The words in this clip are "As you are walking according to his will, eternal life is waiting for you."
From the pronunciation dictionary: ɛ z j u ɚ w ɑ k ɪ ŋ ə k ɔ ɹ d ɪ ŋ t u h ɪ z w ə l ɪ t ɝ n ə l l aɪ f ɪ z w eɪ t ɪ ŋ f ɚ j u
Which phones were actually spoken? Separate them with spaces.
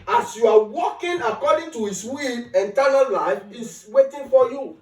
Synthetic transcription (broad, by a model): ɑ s j u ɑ w ɑ k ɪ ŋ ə k ɔ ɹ d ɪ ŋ t u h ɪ s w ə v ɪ t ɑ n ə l l aɪ f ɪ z w eɪ t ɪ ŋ f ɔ j u